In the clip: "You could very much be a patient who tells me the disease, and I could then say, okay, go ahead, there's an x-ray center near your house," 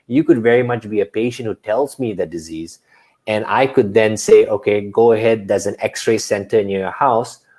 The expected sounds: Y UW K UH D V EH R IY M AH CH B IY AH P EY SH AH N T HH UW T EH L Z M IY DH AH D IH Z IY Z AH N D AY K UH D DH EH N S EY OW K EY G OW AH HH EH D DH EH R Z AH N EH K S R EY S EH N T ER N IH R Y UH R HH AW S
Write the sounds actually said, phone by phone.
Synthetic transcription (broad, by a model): Y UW K UH D V EH R IY M AH CH B IY AH P EY SH AH N T HH UW T EH L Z M IY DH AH D IH Z IY Z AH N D AY K UH D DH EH N S EY OW K EY G OW AH HH EH D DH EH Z AH N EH K S R EY S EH N T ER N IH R Y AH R HH AW S